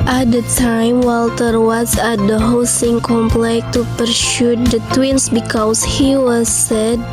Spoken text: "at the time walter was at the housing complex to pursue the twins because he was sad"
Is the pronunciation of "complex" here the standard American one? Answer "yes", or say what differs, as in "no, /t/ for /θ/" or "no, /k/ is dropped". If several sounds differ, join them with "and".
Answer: no, /s/ is dropped